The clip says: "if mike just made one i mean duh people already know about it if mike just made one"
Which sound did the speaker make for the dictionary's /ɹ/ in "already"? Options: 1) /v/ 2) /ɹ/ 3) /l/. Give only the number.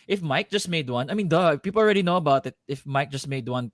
2